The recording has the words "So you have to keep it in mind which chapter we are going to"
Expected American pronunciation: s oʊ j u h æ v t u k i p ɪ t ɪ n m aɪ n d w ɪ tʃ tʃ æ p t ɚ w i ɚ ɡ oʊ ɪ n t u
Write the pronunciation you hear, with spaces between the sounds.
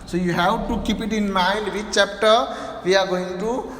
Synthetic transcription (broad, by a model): s oʊ j u h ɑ w t u k i p ɪ t ɪ n m aɪ n d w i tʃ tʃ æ p t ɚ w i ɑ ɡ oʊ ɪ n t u